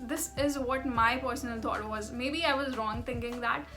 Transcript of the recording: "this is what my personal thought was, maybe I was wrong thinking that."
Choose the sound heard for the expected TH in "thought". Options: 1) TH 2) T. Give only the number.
2